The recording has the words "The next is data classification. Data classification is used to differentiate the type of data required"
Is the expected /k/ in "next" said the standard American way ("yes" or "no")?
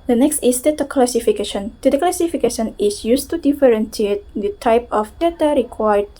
yes